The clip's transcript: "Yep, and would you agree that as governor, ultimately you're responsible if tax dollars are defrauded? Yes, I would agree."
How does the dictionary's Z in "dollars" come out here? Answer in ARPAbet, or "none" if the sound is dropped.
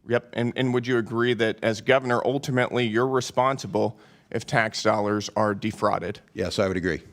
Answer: Z